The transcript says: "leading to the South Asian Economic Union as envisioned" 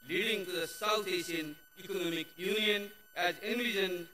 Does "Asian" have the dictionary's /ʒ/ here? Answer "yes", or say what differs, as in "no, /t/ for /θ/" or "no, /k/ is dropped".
no, /s/ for /ʒ/